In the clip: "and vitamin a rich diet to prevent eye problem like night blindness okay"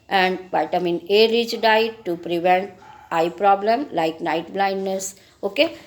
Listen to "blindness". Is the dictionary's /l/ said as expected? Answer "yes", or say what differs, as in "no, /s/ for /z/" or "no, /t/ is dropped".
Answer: yes